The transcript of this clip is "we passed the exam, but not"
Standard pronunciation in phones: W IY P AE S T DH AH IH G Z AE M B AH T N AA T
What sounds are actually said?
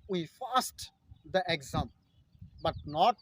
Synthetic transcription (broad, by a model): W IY F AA S T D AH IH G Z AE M B AH T N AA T